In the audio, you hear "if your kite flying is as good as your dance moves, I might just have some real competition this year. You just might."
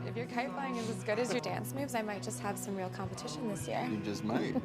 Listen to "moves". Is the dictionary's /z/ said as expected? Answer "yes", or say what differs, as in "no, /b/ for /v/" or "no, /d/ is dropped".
yes